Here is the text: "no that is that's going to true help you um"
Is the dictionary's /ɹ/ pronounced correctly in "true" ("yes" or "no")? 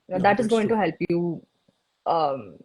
no